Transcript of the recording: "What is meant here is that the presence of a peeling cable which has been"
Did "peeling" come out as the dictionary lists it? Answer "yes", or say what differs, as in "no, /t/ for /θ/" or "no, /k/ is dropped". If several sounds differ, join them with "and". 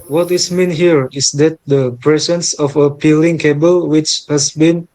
yes